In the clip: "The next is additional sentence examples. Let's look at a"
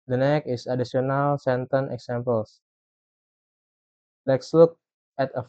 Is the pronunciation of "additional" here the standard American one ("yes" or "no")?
no